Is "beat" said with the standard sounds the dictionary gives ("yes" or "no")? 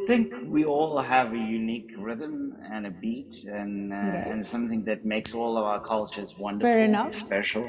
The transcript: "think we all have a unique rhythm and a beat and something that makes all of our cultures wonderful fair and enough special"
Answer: yes